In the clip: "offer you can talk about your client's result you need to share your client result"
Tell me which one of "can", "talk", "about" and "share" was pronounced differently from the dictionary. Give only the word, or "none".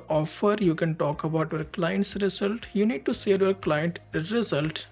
share